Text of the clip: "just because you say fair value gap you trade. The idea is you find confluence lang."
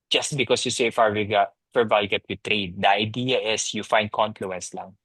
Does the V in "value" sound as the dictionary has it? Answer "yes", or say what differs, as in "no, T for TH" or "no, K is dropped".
no, W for V